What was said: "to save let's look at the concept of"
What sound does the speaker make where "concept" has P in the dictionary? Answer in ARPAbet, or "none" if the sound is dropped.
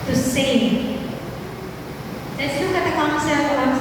none